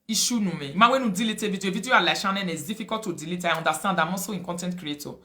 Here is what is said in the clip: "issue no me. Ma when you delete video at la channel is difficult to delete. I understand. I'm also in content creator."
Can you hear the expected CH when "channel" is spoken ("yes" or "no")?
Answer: no